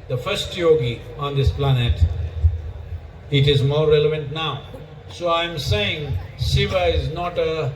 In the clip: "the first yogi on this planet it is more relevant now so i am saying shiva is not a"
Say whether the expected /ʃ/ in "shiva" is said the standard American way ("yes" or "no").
no